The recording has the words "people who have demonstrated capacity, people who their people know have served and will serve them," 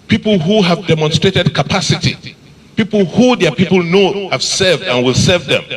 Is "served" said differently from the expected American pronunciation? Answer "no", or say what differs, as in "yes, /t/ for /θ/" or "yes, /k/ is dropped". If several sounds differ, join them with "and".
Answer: no